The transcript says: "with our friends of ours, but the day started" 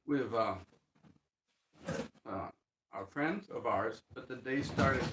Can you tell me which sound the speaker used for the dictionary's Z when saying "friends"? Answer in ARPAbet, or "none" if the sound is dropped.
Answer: Z